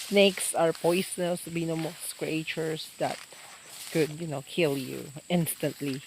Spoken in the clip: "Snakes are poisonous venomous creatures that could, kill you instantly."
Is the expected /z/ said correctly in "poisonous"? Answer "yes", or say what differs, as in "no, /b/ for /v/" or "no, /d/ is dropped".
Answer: no, /s/ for /z/